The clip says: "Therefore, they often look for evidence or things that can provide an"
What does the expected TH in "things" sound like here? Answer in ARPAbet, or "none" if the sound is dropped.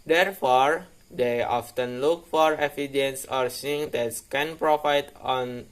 S